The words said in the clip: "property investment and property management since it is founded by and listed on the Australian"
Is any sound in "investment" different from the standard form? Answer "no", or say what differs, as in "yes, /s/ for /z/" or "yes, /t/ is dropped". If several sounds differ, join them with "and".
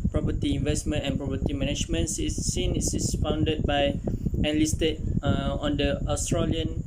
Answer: no